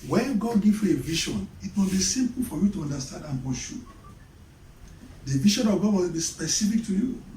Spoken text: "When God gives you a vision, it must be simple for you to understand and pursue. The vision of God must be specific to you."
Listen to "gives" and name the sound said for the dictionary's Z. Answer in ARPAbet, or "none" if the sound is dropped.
none